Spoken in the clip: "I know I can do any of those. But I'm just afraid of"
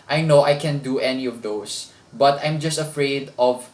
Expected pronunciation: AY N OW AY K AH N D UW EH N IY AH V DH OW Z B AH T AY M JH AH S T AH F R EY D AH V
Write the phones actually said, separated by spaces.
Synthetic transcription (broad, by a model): AY N OW AY K AH N D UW EH N IY AH V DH OW S B AH T AY M JH AH S T AH F R EY D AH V